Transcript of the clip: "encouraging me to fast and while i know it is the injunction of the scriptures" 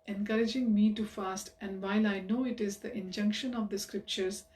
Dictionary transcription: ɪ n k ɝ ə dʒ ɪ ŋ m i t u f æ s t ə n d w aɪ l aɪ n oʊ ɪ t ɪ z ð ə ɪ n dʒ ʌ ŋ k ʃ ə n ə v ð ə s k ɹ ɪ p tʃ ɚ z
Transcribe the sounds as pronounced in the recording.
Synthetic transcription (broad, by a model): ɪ n k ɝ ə dʒ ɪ ŋ m i t u f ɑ s t ə n d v aɪ l aɪ n oʊ ɪ t ɪ z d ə ɪ n dʒ ʌ ŋ k ʃ ə n ə v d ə s k ɹ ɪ p tʃ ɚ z